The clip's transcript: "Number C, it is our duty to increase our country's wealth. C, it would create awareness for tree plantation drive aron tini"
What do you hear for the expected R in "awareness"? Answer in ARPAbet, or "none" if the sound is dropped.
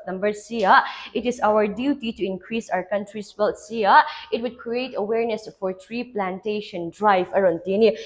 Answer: R